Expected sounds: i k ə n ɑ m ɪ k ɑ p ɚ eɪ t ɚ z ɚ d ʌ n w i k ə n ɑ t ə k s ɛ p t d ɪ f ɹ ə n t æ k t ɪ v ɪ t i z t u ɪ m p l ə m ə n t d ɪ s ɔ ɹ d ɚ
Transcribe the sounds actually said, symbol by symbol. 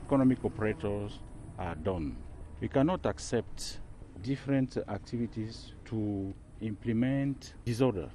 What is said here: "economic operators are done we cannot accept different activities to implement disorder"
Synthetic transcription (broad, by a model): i k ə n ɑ m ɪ k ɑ p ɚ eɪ t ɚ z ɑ d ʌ n w i k ə n ɑ t ə k s ɛ p t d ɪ f ɹ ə n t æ k t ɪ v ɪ t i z t u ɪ m p l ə m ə n t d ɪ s ɔ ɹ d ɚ